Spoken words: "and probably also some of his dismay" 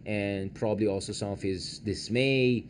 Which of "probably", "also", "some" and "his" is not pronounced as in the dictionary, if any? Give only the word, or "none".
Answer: none